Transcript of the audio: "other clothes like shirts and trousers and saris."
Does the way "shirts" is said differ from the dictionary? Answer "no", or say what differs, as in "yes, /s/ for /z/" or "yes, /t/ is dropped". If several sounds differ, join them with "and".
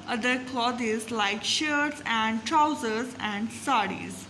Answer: no